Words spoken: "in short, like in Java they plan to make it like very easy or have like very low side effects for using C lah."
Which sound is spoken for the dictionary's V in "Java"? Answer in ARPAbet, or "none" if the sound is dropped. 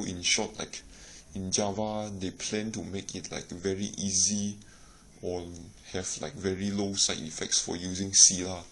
V